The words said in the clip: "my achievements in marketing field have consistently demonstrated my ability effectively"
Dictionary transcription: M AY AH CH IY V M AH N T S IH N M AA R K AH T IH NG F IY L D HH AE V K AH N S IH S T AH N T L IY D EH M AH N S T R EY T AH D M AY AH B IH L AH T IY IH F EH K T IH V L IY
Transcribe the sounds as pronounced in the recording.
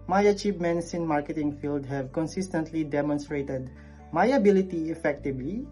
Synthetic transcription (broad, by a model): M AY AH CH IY P M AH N S IH N M AA R K AH T IH NG F IY L D HH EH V K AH N S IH S T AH N T L IY D EH M AH N S T R EY T AH D M AY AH B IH L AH T IY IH F EH K T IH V L IY